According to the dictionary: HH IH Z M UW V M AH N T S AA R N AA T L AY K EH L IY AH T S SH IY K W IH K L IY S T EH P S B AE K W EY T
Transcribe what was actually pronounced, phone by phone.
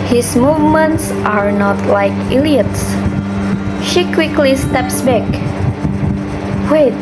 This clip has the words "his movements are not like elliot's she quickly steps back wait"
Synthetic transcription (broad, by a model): HH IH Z M UW V M AH N T S AA R N AA T L AY K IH L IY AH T S SH IY K W IH K L IY S T EH P S B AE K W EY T